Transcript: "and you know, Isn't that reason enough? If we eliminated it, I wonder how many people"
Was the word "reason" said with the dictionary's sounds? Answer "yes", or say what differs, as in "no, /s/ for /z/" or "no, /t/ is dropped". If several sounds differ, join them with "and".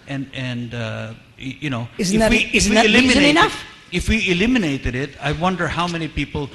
no, /l/ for /ɹ/